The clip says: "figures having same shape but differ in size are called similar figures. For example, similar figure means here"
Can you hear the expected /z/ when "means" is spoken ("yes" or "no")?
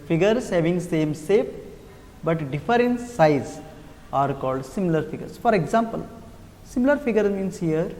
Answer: no